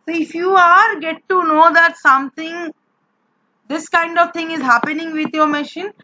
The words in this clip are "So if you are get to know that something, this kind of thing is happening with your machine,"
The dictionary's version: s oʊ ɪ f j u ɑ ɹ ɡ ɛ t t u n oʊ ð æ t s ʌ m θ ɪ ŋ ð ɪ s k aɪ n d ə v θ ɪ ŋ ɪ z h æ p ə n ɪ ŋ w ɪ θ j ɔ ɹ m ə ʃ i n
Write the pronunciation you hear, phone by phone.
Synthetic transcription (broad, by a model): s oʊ ɪ f j u ɑ ɹ ɡ ɛ t t u n oʊ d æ t s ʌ m t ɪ ŋ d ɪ s k aɪ n d ə v t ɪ ŋ ɪ z h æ p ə n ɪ ŋ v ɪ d j ɔ ɹ m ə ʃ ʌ n